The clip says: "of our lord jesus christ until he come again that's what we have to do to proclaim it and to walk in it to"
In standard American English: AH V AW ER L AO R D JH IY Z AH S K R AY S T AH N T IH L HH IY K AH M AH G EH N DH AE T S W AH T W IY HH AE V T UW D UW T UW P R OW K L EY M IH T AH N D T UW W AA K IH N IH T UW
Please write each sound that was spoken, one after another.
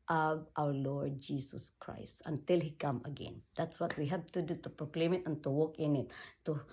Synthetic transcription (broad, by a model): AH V AW ER L AO R D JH IY S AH S K R AY S T AH N T IH L HH IY K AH M AH G EH N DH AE T S W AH T W IY HH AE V T UW D UW T UW P R OW K L EY M IH T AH N T UW W AA K IH N IH T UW